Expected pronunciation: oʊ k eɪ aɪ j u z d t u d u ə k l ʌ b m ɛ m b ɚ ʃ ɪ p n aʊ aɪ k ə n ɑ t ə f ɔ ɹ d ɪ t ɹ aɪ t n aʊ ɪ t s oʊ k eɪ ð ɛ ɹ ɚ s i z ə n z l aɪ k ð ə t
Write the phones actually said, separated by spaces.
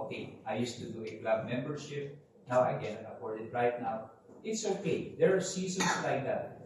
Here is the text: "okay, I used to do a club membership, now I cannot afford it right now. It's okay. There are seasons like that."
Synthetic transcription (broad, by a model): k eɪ aɪ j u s t u d u ə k l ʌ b m ɛ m b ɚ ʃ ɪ p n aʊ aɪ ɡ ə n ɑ ə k ɔ ɹ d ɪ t ɹ aɪ t n aʊ ɪ t s oʊ k eɪ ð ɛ ɹ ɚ s i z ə n s l aɪ k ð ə t